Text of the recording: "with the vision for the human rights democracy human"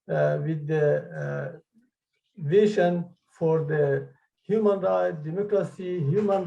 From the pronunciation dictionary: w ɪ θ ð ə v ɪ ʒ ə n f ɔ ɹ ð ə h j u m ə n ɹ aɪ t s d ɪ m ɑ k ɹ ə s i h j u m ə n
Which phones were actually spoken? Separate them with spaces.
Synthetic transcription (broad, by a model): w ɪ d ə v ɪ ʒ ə n f ɔ ɹ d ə h j u m ə n ɹ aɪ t d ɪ m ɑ k ɹ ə s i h j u m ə n